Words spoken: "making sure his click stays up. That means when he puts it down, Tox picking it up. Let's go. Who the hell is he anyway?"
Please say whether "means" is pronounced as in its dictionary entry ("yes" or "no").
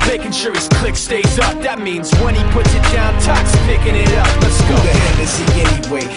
yes